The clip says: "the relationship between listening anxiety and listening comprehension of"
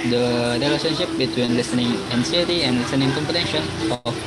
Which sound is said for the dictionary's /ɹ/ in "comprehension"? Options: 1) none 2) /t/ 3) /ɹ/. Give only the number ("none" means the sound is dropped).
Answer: 1